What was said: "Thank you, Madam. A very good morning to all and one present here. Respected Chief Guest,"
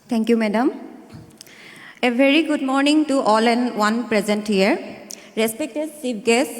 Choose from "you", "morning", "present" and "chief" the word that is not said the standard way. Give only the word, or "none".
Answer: chief